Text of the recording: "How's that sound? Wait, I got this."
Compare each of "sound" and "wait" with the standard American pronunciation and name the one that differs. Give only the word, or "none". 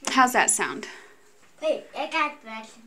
wait